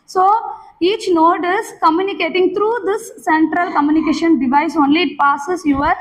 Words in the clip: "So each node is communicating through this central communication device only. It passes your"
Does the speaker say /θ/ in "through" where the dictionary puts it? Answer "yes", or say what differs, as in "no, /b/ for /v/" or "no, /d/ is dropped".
no, /t/ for /θ/